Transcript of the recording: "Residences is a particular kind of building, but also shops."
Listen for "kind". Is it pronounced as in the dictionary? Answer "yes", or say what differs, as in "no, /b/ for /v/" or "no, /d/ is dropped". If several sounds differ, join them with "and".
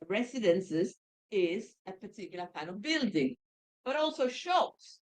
no, /d/ is dropped